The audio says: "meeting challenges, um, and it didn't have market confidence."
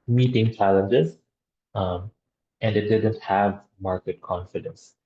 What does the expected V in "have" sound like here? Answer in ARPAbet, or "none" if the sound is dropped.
V